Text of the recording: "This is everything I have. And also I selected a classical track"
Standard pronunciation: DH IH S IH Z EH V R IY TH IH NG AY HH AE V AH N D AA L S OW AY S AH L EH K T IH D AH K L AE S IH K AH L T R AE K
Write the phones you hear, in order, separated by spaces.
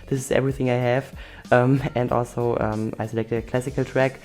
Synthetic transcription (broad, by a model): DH IH S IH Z EH V R IY TH IH NG AY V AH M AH N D AA L S OW AY S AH L EH K T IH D AH K L AE S IH K AH L T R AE K